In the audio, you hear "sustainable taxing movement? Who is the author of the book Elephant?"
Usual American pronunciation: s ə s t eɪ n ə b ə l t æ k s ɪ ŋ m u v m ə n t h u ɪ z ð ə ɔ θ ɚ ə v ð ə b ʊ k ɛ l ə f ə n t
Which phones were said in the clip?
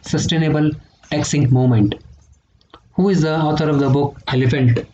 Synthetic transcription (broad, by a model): s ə s t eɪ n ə b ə l t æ k s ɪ ŋ m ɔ m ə n t h u ɪ z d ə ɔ t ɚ ə v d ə b ʊ k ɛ l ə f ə n t